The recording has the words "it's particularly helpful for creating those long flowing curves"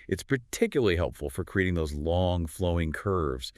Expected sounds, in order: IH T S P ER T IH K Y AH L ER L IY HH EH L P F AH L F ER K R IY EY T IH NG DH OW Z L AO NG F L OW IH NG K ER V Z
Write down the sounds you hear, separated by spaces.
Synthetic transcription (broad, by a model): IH T S P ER T IH K Y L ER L IY HH EH L P F L F ER K R IY EY T IH NG DH OW Z L AO NG F L OW IH NG K ER V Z